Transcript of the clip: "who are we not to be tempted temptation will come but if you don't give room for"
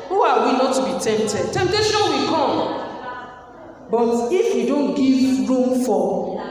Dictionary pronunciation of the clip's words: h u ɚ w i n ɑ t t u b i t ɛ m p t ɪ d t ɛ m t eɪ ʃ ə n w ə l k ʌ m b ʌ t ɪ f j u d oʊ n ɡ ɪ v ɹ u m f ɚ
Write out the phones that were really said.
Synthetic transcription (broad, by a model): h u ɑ w i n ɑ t t u b i t ɛ m p t ɪ d t ɛ m t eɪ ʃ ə n w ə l k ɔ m b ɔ t ɪ f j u d oʊ n ɡ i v ɹ u m f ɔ